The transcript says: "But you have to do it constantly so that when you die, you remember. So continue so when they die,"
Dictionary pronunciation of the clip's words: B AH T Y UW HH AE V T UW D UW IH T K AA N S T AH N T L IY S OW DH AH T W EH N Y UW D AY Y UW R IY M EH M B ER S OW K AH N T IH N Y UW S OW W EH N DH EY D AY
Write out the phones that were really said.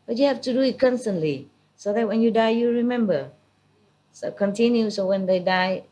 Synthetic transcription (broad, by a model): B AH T Y UW HH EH F T UW D UW IH T K AA N S T AH N T L IY S OW DH AH T W EH N Y UW D AY Y UW R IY M EH M B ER S OW K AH N T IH N Y UW S OW W EH N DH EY D AY